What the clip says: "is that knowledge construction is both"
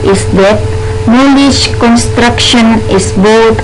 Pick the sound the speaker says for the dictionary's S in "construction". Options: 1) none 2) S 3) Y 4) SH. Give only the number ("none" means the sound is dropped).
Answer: 2